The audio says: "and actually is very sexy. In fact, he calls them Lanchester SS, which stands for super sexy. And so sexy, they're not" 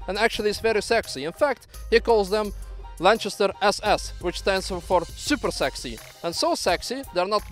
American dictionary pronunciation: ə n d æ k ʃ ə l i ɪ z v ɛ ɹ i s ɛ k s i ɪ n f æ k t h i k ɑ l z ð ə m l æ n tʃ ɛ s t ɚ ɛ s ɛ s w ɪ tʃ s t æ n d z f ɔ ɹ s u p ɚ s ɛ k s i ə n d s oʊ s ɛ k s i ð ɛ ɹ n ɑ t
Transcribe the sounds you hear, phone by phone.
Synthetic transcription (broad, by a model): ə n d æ k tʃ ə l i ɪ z v ɛ ɹ i s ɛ k s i ɪ n f æ k t h i k ɑ l z ð ə m l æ n tʃ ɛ s t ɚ ɛ s ɛ s w ɪ tʃ s t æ n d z f ɔ ɹ s u p ɚ s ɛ k s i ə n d s oʊ s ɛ k s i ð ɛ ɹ n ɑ t